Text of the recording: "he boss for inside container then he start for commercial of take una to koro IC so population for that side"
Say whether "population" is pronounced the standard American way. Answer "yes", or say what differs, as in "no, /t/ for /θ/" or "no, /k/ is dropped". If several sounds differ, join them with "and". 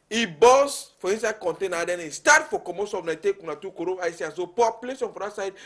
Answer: no, /s/ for /ʃ/